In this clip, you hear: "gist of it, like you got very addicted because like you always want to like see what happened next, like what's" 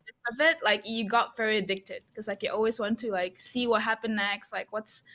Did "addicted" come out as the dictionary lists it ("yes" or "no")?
yes